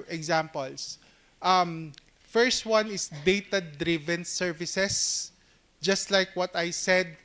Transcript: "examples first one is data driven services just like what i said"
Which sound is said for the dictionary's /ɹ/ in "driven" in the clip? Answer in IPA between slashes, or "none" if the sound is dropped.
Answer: /ɹ/